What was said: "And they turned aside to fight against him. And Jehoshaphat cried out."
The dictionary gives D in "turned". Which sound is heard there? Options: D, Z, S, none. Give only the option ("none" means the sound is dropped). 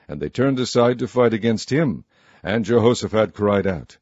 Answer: D